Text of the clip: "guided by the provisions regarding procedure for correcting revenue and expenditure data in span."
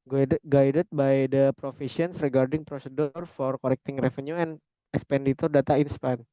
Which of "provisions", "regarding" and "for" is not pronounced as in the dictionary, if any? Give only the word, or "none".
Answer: provisions